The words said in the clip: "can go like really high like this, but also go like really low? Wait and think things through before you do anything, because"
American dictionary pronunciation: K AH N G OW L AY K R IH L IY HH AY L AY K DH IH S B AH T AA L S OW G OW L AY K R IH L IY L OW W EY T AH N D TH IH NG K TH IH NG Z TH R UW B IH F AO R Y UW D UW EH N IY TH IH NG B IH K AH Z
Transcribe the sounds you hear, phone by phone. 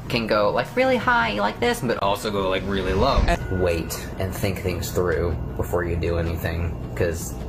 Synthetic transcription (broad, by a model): K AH N G OW L AY K R IH L IY HH AY L AY K DH IH S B AH T AA L S OW G OW L AY K R IH L IY L OW W EY T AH N TH IH NG K TH IH NG Z TH R UW B IH F AO R Y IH D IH EH N IY TH IH NG K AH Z